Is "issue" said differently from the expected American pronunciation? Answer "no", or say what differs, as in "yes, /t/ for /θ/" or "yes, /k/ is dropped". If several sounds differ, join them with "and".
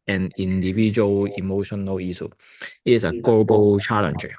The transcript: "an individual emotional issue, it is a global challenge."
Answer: yes, /s/ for /ʃ/